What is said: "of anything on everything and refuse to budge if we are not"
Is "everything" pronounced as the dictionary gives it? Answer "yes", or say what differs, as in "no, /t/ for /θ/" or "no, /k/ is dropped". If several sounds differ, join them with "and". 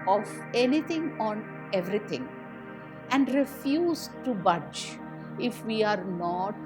no, /t/ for /θ/